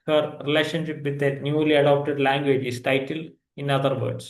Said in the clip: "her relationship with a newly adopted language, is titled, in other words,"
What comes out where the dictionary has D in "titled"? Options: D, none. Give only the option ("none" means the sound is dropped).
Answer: none